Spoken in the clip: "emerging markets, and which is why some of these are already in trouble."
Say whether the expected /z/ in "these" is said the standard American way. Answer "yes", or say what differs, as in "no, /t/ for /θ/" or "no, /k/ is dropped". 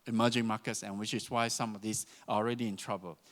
no, /s/ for /z/